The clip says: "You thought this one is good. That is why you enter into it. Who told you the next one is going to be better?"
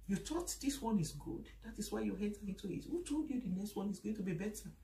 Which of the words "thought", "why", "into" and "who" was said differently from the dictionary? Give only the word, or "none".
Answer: thought